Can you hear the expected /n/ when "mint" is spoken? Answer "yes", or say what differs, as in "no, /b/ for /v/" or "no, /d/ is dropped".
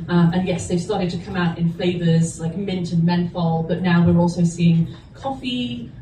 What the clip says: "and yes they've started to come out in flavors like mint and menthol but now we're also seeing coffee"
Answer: yes